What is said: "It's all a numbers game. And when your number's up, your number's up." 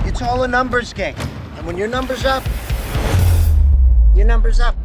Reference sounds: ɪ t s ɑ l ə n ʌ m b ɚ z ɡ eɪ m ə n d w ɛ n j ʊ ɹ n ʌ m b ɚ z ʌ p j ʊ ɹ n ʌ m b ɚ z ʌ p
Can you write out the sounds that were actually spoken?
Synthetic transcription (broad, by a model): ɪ t s ɑ l ə n ʌ m b ɚ z ɡ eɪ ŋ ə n w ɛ n j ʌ ɹ n ʌ m b ɚ z ʌ p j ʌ ɹ n ʌ m b ɚ z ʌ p